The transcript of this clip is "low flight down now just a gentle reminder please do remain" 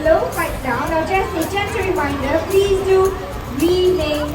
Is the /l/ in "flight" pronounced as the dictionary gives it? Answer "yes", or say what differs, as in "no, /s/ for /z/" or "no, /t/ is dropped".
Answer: no, /l/ is dropped